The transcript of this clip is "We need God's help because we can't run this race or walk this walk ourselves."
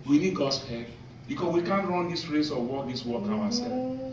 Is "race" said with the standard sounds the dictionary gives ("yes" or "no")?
yes